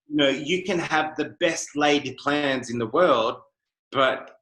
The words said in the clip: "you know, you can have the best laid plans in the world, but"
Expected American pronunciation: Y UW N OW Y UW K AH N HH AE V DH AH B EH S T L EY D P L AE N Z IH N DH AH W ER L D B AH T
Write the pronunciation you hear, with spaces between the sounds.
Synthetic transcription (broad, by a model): Y N OW Y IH K AH N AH V DH AH B EH S T L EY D P L AE N Z IH N DH AH W ER L D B AH T